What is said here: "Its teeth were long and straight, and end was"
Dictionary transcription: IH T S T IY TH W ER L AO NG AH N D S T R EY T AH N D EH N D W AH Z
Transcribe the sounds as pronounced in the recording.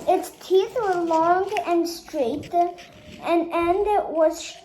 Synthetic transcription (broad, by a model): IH T S T IY TH W ER L AO NG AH N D S T R EY T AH N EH N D W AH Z